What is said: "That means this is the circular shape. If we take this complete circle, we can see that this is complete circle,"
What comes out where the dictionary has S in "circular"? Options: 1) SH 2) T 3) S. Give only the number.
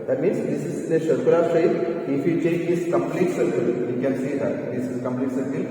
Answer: 1